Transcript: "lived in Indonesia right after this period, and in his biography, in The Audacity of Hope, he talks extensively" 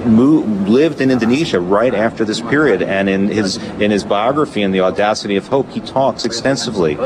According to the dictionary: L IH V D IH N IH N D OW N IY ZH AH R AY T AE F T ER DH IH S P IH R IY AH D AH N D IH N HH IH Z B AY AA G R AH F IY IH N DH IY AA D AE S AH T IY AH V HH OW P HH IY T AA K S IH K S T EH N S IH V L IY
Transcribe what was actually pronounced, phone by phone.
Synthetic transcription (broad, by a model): L IH V D IH N IH N D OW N IY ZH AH R AY T AE F T ER DH IH S P IH R IY AH D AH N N IH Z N IH Z B AY AA G R AH F IY IH N DH IY AA D AE S AH T IY AH V HH OW P HH IY T AA K S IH K S T EH N S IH V L IY